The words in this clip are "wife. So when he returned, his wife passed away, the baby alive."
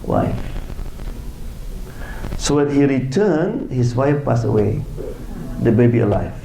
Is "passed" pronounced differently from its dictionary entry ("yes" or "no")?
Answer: yes